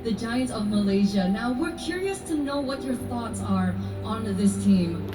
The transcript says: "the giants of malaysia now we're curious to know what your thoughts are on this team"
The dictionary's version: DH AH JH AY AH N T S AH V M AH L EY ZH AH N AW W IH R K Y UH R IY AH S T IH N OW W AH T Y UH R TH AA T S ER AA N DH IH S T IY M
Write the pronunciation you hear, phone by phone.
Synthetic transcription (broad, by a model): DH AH JH AY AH N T AH V M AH L EY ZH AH N AW W IH R K Y UH R IY AH S T IH N OW W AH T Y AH R TH AA T S ER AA N DH IH S T IY M